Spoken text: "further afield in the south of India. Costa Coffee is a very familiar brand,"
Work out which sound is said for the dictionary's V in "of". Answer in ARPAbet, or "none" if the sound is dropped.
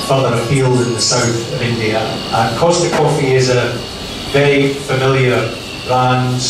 V